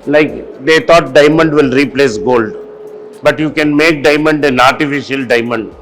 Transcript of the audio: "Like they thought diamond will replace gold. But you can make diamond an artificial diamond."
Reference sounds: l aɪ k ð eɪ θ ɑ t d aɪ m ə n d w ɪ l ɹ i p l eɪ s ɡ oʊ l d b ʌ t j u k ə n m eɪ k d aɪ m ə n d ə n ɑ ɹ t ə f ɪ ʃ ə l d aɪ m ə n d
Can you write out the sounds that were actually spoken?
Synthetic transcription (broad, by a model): l aɪ k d eɪ t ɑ t d aɪ m ə n d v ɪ l ɹ i p l eɪ s ɡ oʊ l d b ʌ t j u k ə n m eɪ k d aɪ m ə n d ə n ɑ ɹ t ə f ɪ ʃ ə l d aɪ m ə n d